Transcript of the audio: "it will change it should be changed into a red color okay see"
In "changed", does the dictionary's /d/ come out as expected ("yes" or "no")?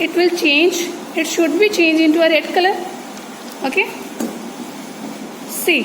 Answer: no